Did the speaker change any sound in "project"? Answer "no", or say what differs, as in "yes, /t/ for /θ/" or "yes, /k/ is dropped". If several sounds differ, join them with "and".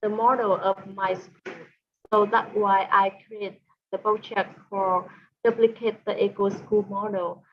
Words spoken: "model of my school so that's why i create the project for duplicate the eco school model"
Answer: yes, /tʃ/ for /dʒ/